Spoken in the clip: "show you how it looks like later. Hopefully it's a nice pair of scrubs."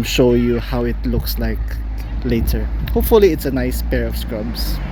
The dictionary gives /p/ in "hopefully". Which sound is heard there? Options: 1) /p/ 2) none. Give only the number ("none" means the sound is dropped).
1